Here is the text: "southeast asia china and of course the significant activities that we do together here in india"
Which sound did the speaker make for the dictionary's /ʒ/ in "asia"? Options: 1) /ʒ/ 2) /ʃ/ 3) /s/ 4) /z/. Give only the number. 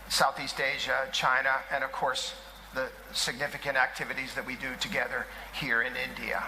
1